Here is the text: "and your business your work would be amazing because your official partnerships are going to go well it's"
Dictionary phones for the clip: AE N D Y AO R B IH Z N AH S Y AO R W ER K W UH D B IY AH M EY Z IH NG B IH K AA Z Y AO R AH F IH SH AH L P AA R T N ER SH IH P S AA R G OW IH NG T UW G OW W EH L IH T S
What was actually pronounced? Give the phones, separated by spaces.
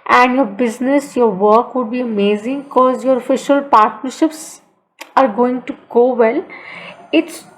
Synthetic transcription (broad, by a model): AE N D Y AO R B IH Z N AH S Y AO R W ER K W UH D B IY AH M EY Z IH NG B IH K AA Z Y AO R AH F IH SH AH L P AA R T N ER SH IH P S AA R G OW IH NG T UW G OW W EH L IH T S